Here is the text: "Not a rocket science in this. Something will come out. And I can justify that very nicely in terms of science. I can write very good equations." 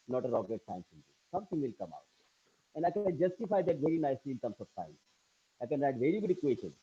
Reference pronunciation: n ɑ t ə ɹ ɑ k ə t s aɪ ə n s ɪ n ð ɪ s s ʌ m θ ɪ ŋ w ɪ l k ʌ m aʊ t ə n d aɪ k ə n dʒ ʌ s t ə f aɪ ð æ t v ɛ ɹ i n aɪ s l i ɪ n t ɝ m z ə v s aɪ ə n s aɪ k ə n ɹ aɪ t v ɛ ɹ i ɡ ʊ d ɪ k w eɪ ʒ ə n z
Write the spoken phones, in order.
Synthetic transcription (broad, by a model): n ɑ t ə ɹ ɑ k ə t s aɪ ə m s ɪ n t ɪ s s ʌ m t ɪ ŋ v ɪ l k ʌ m aʊ t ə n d aɪ k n dʒ ʌ s t ə f aɪ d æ t v ɛ ɹ i n aɪ s l i ɪ n t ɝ m s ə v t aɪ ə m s aɪ k ə n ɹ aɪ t v ɛ ɹ i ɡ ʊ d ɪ k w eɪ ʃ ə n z